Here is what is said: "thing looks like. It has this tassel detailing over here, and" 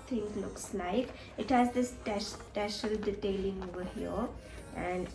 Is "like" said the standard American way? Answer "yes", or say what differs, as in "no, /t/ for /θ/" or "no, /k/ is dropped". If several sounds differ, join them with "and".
yes